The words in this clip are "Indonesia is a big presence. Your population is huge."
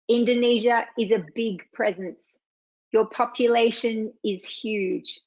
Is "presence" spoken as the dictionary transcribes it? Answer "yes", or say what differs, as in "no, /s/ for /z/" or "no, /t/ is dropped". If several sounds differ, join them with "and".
yes